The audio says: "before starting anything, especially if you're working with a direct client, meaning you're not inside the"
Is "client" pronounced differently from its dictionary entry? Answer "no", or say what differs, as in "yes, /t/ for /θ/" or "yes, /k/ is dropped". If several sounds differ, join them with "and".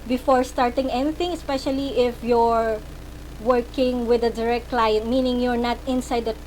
no